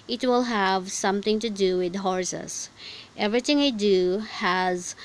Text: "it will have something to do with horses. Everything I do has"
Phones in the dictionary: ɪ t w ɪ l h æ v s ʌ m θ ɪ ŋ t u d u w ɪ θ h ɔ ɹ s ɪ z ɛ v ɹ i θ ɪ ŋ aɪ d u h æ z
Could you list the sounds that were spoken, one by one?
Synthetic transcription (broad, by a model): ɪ t w ɪ l h æ v s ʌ m t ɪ ŋ t u d u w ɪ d h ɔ ɹ s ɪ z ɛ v ɹ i t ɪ ŋ aɪ d u h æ z